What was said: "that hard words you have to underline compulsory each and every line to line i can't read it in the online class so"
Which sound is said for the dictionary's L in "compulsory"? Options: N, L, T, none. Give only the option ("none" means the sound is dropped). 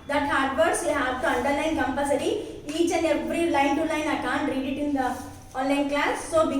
none